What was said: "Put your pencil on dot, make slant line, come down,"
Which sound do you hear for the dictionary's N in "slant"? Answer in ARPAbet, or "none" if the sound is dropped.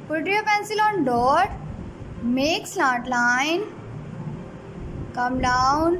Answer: none